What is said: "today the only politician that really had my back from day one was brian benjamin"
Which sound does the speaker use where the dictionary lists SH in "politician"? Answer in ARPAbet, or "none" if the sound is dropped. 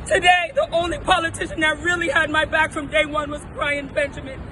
SH